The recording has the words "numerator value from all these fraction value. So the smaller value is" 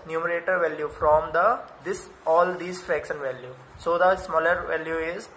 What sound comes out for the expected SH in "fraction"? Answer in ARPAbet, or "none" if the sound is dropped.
S